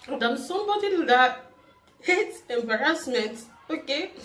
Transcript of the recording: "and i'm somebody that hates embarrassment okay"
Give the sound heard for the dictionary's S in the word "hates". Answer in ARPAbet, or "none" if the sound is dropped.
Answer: none